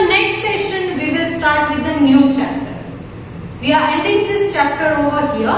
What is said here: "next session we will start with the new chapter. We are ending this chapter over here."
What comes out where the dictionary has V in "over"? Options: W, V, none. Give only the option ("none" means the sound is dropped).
V